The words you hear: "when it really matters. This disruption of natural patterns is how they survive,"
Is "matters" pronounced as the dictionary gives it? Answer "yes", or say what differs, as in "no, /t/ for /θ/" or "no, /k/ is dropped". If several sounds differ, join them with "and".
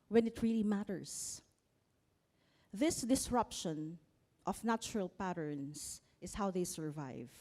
no, /s/ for /z/